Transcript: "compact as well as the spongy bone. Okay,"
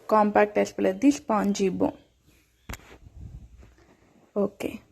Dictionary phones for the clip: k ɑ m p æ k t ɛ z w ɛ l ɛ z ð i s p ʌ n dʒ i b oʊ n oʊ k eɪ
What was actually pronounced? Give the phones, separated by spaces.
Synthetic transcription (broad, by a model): k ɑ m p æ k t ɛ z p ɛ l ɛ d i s p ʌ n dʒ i b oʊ oʊ k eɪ